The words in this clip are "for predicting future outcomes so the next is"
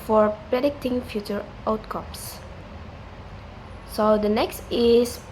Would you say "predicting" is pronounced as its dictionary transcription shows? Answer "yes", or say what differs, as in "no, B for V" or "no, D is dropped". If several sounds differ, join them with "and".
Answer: yes